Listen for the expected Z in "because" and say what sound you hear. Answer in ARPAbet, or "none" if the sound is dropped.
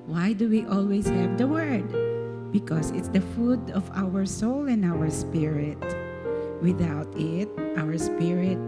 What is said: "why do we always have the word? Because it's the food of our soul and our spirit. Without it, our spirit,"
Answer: S